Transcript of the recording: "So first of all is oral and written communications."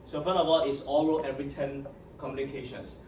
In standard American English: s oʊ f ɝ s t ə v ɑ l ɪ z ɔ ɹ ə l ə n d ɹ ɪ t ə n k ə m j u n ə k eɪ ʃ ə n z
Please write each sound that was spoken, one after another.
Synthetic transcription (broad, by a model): s oʊ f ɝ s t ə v ɑ l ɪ s ɔ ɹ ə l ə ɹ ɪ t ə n k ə m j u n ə k eɪ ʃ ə n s